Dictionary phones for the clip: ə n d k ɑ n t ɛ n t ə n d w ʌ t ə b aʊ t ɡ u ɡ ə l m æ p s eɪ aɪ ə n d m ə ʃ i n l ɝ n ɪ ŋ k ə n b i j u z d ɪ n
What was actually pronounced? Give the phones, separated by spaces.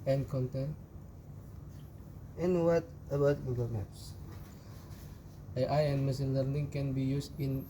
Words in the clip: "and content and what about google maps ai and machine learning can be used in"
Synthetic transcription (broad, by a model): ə n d k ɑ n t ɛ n ə n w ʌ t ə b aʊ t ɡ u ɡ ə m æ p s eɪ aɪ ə n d m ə s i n l ɝ n ɪ ŋ k ə n b i j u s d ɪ n